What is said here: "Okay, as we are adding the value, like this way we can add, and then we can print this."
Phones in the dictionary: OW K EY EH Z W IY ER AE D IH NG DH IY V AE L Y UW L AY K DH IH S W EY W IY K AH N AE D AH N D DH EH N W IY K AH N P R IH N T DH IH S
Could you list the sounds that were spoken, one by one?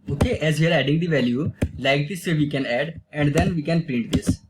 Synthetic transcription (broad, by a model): OW K EY EH Z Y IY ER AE D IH NG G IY V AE L Y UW L AY K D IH S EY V IY K AH N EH D AH N D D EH N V IY K AH N P R IH N T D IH S